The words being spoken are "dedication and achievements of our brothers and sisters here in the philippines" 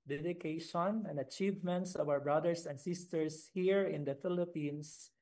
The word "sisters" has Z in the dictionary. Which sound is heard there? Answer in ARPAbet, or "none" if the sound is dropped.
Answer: S